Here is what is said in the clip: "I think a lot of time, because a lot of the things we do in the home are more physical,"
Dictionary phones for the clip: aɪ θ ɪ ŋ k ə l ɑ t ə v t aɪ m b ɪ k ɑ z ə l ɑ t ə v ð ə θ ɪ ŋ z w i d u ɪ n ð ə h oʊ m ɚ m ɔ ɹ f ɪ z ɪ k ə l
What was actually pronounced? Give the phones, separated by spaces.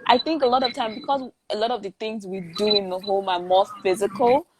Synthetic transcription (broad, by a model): aɪ θ ɪ ŋ k ə l ɑ t ə v t aɪ m b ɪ k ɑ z ə l ɑ t ə v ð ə θ ɪ ŋ z w i d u ɪ n ð ə h oʊ m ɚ m ɔ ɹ f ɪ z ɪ k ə l